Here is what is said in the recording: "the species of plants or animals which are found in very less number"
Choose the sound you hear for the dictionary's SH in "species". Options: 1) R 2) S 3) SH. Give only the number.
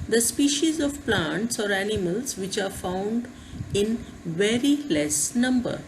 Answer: 3